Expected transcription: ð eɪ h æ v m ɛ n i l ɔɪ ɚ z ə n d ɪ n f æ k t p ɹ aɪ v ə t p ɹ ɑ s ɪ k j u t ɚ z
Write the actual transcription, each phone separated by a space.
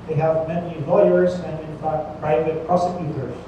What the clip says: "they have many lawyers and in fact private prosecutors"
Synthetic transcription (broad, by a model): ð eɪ h æ v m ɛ n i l ɔɪ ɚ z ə n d ɪ n f æ k t p ɹ aɪ v ə t p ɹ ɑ s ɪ k j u t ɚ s